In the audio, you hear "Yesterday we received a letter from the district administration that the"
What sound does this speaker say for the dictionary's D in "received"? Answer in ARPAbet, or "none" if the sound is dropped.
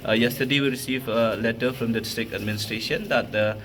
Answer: none